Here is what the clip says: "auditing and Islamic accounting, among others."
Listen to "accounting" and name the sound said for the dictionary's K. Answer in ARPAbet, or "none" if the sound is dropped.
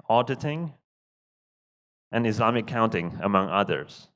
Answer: none